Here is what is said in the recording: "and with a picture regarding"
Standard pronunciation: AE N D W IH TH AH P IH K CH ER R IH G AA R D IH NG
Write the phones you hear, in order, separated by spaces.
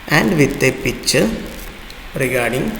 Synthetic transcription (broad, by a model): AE N D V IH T AH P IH CH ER R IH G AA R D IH NG